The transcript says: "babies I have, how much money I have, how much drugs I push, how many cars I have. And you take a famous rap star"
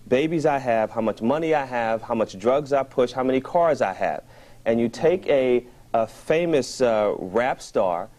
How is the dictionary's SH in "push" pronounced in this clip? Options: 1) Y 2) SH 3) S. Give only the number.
2